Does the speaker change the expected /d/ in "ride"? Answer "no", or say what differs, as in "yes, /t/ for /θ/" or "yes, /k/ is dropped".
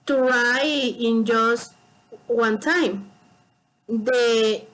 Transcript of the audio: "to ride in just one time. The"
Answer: yes, /d/ is dropped